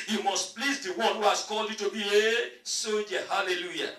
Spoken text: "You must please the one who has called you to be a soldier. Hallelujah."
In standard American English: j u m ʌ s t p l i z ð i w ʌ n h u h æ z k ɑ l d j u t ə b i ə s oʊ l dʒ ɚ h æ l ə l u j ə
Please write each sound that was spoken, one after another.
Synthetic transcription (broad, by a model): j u m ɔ s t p l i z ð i w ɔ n h u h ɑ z k ɑ l d j u t ə b i ə s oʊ dʒ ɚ h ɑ l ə l u j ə